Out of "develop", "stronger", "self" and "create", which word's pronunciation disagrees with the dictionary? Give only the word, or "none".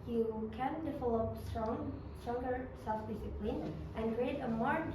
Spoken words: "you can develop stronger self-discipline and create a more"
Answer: develop